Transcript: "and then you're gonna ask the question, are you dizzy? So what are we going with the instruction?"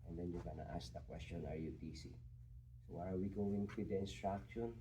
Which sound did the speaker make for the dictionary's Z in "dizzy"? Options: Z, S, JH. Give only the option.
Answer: S